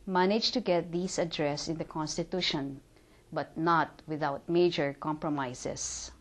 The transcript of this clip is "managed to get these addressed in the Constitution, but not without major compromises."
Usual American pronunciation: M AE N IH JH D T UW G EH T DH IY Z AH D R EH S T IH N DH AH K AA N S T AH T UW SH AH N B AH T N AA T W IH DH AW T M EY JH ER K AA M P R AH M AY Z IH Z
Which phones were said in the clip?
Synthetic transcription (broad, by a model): M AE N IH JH T UW G EH T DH IY S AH D R EH S IH N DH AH K AA N S T AH T UW SH AH N B AH T N AA T W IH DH AW T M EY JH ER K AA M P R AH M AY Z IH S